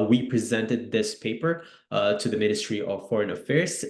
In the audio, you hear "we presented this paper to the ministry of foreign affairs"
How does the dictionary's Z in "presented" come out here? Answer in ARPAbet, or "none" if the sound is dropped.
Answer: Z